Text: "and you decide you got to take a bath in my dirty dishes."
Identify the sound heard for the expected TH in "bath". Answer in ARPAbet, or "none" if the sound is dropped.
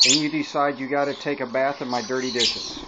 TH